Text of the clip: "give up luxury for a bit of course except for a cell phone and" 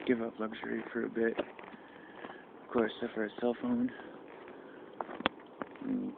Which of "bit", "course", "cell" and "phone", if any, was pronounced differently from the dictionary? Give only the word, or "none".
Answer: phone